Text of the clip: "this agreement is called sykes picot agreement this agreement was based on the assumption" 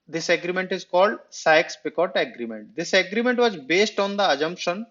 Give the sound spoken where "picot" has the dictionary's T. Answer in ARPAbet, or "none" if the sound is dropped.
T